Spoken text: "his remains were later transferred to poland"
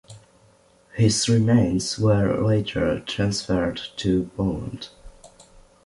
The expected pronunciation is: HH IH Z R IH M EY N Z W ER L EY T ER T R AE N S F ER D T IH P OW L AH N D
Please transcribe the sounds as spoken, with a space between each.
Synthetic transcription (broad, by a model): HH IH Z R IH M EY N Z W ER L EY T ER T R AE N S F ER D T IH B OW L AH N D